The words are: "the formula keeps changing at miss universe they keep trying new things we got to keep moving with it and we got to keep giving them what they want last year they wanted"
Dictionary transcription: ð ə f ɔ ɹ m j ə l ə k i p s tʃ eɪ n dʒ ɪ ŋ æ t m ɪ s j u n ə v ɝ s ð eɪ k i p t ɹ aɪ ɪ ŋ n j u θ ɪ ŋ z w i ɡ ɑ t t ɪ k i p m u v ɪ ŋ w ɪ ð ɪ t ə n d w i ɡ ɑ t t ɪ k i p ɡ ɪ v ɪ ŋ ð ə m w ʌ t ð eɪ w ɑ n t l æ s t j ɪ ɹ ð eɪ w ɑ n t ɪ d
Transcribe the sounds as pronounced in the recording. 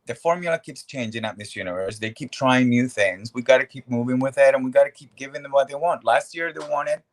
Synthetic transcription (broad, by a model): ð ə f ɔ ɹ m j l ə k i p s tʃ eɪ n dʒ ɪ ŋ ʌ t m ɪ s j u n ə v ɝ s ð eɪ k i p t ɹ aɪ ɪ ŋ n j u θ ɪ ŋ z w i ɡ ɑ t t ɪ k i p m u v ɪ ŋ w ɪ ð ɪ t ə n w i ɡ ɑ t t ɪ k i p ɡ ɪ v ɪ ŋ ð ə m w ʌ t ð eɪ w ɑ n t l æ s t j ɪ ɹ ð eɪ w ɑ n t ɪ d